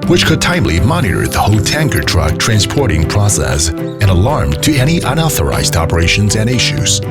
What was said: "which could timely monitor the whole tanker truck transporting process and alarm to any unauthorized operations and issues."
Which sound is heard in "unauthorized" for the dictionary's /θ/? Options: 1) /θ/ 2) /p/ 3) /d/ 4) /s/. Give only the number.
1